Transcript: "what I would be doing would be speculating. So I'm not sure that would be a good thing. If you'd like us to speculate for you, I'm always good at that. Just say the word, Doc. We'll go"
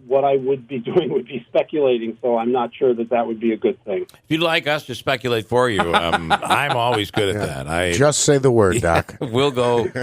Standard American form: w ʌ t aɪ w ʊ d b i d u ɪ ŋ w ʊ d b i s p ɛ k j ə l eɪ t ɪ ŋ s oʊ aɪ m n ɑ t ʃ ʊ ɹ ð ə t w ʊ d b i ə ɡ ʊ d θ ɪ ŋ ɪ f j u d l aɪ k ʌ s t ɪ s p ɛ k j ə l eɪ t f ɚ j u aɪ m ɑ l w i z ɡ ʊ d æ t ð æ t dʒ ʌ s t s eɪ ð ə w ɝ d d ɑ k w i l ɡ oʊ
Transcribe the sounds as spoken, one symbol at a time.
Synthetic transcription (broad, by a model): w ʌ t aɪ w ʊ d b i d u ɪ ŋ w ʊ d b i s p ɛ k j ə l eɪ t ɪ ŋ s oʊ aɪ m n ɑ t ʃ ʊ ɹ ð ə t w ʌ d b i ə ɡ ʊ d θ ɪ ŋ ɪ f j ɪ l aɪ k ʌ s t ɪ s p ɛ k j ə l eɪ t f ɚ j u aɪ m ɑ l w i z ɡ ʊ d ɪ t ð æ t dʒ ʌ s t s eɪ ð ə w ɝ d d ɑ k w i l ɡ oʊ